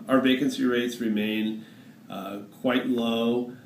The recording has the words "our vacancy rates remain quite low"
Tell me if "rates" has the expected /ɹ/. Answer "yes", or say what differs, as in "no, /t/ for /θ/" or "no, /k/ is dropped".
yes